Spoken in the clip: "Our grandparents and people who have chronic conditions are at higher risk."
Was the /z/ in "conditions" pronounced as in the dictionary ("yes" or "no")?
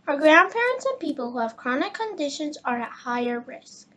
yes